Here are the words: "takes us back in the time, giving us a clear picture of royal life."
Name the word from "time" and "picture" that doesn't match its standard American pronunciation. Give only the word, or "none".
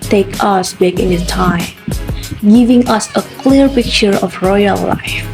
none